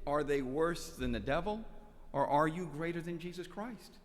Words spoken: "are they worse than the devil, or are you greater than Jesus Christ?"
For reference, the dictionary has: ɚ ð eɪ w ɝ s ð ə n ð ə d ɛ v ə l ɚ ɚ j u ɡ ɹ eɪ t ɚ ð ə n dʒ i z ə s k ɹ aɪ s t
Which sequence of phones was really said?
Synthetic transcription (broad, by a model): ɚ ð eɪ w ɝ s ð ə n ð ə d ɛ v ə l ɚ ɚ j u ɡ ɹ eɪ t ɚ ð ə n dʒ i z ə s k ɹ aɪ s t